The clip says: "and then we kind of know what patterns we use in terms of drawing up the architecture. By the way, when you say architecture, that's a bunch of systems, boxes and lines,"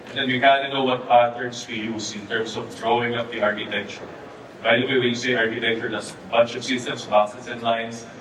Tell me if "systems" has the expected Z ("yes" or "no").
no